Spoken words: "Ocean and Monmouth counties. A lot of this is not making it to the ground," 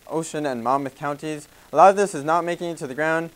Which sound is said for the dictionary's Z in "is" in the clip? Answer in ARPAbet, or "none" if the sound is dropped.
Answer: Z